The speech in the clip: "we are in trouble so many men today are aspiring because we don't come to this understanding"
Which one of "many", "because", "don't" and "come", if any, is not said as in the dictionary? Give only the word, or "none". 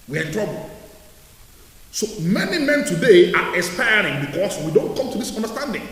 because